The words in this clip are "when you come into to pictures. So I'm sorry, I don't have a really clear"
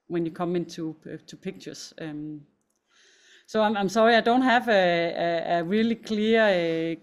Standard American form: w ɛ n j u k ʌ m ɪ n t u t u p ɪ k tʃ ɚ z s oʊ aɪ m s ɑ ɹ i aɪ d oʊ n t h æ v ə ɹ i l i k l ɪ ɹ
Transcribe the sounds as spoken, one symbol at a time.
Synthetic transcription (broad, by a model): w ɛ n j u k ʌ m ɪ n s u s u p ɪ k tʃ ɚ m s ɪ aɪ m s ɑ ɹ i aɪ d oʊ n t h æ v ə ɹ i l i k l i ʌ